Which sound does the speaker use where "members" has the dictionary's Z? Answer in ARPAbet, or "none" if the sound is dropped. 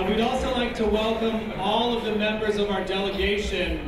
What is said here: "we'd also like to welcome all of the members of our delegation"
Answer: Z